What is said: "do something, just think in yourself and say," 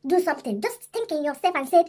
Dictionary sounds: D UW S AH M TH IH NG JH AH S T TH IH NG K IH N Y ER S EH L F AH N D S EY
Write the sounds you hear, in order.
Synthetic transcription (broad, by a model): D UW S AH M T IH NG JH AH S T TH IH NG K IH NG Y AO S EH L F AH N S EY